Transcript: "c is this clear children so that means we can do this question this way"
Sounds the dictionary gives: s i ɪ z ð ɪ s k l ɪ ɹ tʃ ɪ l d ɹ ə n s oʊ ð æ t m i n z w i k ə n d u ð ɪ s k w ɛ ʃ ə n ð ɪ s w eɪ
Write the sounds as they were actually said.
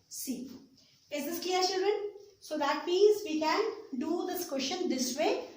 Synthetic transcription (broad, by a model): s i ɪ z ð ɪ s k l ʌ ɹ tʃ ɪ l d ɹ ə n s oʊ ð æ t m i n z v i k ə n d u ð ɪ s k w ɛ ʃ ə n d ɪ s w eɪ